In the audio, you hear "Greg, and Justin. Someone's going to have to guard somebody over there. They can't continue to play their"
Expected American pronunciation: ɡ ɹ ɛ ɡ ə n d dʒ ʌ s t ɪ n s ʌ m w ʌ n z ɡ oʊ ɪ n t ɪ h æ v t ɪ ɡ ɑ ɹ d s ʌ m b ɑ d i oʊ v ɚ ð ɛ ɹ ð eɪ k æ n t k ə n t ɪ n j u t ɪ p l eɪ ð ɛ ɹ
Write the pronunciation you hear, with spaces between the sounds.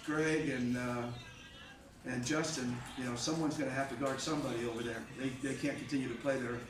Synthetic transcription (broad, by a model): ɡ ɹ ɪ ɡ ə n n dʒ ʌ s t ɪ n s ʌ m w ʌ n z ɡ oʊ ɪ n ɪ h æ f t ɪ ɡ ɑ ɹ d s ʌ m b ɑ d i oʊ v ɚ ð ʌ ɹ ð eɪ k æ n k n t ɪ n j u t ɪ p l eɪ ð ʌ ɹ